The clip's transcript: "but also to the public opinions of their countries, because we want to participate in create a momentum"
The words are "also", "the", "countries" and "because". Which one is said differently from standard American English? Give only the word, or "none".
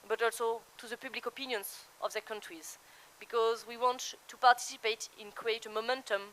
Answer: none